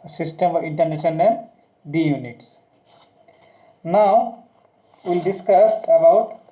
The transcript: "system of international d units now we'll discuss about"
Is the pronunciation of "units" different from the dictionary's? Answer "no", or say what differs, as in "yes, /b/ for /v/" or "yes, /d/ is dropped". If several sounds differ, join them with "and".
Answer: no